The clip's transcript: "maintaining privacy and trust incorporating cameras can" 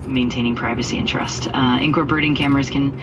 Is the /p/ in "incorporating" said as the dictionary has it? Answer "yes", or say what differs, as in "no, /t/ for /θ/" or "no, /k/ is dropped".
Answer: no, /b/ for /p/